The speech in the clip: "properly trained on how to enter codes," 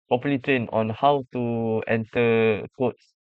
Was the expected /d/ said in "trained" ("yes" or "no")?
no